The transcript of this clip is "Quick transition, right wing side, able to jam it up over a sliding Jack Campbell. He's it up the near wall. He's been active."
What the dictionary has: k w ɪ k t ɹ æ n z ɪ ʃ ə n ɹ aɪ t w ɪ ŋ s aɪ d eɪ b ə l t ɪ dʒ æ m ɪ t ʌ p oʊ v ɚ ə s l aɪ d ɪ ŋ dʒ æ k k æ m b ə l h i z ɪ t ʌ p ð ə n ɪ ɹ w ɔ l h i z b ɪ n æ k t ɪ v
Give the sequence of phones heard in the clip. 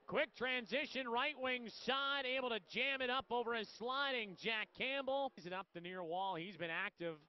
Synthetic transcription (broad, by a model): k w ɪ k t ɹ æ n z ɪ ʃ ə n ɹ aɪ t w ɪ ŋ s aɪ d eɪ b l t ɪ dʒ æ m ɪ t ʌ p oʊ v ɚ ə s l aɪ d ɪ ŋ dʒ æ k k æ m b l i z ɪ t ʌ p ð ə n ɪ ɹ w ɔ l h i z b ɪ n æ k t ɪ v